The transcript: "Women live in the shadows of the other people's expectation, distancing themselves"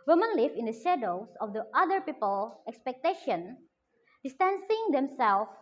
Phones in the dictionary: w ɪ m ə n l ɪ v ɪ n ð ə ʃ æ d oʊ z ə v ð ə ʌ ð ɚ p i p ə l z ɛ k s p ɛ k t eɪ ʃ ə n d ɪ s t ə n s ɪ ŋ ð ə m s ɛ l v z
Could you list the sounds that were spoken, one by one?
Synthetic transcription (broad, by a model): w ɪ m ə n l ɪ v ɪ n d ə ʃ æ d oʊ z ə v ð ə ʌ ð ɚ p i p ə l ɛ k s p ɛ k t eɪ ʃ ə n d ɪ s t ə n s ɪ ŋ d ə m s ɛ l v